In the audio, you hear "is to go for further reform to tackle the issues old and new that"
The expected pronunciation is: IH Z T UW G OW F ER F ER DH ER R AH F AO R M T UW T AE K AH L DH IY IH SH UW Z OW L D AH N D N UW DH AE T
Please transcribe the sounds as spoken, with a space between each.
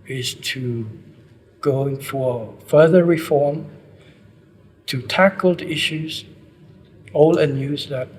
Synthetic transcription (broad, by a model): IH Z T UW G OW F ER F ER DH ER R AH F AO R M T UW T AE K AH L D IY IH SH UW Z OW L AH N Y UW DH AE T